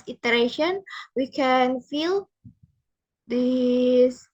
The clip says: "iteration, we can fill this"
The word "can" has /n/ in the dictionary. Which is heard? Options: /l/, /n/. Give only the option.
/n/